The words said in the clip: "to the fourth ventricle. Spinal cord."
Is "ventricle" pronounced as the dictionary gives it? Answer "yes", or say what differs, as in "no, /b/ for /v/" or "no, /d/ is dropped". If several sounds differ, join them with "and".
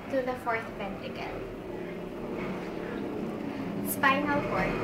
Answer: no, /p/ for /v/ and /ɹ/ is dropped